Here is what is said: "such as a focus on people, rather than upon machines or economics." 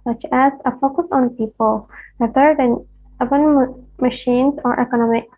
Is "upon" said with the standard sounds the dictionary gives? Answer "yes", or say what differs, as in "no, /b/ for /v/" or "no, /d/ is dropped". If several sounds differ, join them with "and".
no, /b/ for /p/